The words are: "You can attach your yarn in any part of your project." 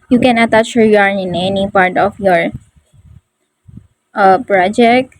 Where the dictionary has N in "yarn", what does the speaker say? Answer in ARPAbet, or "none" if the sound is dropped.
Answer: none